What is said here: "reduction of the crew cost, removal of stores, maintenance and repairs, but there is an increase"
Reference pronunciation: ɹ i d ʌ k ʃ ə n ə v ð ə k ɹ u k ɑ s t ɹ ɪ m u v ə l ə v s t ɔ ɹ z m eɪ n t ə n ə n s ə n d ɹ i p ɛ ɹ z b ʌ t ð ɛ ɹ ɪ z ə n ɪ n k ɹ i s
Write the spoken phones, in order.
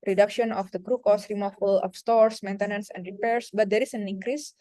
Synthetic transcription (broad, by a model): ɹ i d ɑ k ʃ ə n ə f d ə k ɹ u k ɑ s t ɹ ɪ m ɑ f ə l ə p s t ɔ ɹ s m eɪ n t ə n ə n s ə n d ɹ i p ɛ ɹ s b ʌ t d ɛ ɹ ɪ s ə n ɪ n k ɹ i s